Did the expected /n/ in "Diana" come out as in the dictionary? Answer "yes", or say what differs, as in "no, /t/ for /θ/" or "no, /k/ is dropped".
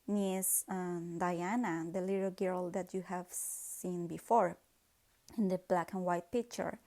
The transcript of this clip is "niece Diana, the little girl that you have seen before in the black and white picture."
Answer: yes